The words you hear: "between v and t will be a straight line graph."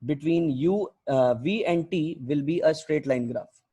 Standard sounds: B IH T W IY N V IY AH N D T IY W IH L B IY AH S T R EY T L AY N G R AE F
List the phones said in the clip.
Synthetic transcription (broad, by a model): B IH T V IY N V IY AH N D T IY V IH L B IY AH S T R EY T L AY N G R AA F